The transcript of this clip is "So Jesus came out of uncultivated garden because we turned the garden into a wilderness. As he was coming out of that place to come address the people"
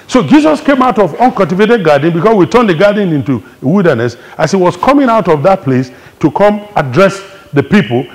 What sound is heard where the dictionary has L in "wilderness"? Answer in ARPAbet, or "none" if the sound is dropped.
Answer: L